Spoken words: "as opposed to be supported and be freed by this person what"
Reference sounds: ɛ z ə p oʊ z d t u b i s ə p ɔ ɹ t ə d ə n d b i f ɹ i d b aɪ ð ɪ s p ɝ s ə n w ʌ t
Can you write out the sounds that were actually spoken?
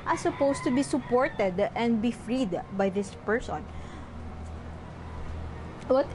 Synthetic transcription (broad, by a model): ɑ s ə p oʊ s t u b i s ə p ɔ ɹ t ə d ə n d b i f ɹ i d b aɪ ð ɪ s p ɝ s ə n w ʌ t